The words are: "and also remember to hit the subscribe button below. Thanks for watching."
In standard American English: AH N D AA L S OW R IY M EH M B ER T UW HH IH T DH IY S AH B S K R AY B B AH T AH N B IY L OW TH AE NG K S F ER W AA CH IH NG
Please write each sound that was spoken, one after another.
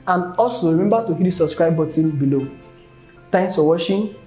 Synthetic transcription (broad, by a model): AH N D AA L S OW R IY M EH M B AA T UW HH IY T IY S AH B S K R AY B B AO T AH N B IY L OW T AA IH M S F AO W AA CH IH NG